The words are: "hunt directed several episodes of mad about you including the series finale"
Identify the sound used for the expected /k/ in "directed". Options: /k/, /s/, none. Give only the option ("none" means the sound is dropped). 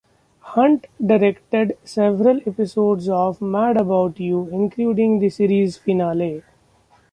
/k/